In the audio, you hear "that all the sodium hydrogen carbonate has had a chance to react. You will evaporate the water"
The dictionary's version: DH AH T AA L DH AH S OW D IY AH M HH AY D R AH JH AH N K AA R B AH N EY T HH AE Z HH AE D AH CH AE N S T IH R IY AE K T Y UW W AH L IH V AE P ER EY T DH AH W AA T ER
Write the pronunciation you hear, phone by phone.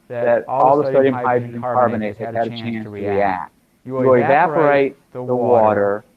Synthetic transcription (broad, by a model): DH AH T AA L DH AH S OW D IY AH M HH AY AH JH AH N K AA R B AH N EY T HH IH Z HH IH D AH CH AE N S T IH R IY AE K T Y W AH IH V AE P ER EY T DH AH W AA T ER